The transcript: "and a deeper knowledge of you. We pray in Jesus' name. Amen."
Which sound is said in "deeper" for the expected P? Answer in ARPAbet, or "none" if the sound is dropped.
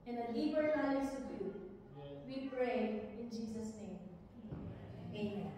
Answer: B